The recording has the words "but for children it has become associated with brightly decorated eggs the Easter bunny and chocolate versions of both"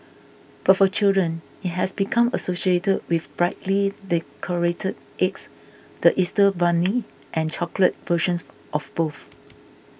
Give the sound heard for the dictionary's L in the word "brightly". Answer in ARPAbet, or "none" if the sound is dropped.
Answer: L